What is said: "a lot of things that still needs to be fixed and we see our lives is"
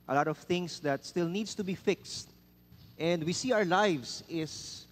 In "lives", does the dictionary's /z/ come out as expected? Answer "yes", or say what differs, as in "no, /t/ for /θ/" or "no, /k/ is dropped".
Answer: no, /s/ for /z/